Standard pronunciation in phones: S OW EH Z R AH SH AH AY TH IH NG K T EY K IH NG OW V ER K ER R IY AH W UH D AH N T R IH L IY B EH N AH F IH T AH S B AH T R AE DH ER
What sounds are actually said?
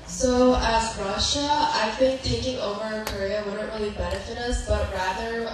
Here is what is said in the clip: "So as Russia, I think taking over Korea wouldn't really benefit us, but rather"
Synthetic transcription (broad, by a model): S OW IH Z R AH SH AH AY TH IH NG K T EY K IH NG OW V ER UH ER R IY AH W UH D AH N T R IH L IY B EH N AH F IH T AH S B AH T R AE DH ER